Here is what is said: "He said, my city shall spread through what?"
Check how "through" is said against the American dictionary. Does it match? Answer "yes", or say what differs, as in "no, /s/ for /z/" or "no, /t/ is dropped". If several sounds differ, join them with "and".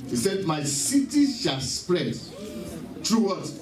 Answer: no, /t/ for /θ/